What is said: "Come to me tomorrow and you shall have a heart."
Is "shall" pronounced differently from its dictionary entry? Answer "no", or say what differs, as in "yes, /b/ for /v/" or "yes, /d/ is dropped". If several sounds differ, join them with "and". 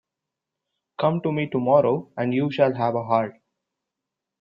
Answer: no